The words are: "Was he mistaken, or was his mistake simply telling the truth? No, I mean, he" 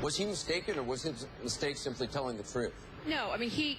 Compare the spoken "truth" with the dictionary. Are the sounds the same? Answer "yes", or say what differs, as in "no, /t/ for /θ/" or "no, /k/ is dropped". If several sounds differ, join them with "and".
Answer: yes